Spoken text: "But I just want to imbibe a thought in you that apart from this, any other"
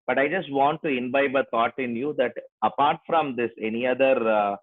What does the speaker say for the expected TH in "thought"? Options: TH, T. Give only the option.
T